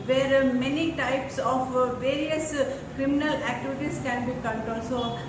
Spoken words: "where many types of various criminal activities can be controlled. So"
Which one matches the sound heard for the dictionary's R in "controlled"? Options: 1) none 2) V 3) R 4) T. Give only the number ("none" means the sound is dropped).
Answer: 1